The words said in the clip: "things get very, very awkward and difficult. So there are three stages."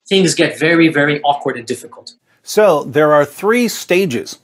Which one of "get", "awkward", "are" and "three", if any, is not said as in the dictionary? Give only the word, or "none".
none